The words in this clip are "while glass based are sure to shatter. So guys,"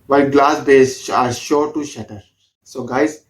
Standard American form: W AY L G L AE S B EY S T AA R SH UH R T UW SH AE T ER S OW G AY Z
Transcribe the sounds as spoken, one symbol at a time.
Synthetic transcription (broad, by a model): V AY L G L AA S B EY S AA R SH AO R T UW SH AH T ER S OW G AY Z